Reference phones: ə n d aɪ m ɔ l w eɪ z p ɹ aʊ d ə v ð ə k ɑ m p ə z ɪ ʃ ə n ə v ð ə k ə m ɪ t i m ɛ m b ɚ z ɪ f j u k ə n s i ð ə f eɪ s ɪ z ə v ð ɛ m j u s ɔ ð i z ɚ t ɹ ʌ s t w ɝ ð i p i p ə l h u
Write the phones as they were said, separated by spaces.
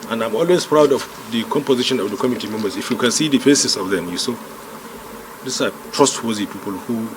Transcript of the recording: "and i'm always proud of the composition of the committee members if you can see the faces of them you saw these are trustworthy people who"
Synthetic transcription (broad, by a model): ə n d aɪ m ɔ l w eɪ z p ɹ aʊ d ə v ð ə k ɑ m p ə z ɪ ʃ ə n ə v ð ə k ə m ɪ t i m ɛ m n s ɪ f j u k ə n s i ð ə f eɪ s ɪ s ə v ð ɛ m j u s ɔ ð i s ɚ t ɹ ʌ s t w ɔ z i p i p ə l h u